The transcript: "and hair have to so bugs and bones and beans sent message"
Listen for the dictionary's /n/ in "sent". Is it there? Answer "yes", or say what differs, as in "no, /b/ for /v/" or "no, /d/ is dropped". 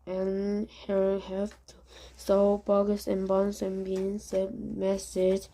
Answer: no, /n/ is dropped